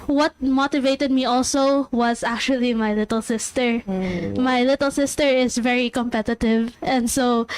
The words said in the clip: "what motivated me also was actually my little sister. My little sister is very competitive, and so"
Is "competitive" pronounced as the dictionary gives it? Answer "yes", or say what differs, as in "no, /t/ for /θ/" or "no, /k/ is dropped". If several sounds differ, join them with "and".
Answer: yes